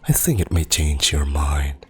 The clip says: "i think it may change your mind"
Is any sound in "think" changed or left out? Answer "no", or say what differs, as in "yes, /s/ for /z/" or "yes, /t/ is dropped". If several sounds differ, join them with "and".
no